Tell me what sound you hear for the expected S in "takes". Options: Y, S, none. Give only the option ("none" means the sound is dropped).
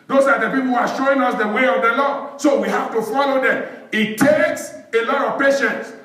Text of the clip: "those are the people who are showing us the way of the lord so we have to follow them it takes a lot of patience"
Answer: S